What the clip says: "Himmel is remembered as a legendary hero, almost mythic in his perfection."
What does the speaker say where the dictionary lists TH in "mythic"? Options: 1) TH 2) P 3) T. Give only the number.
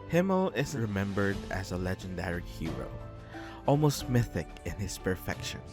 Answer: 1